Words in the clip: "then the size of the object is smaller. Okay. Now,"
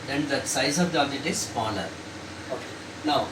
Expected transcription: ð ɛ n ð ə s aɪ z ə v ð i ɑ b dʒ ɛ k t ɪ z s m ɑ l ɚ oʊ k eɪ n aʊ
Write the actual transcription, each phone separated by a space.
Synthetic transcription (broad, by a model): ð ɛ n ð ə s aɪ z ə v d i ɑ dʒ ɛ t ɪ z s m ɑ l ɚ oʊ k eɪ n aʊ